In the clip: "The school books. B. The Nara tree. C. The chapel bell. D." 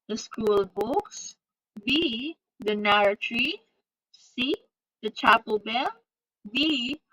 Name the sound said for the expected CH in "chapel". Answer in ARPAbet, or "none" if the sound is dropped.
CH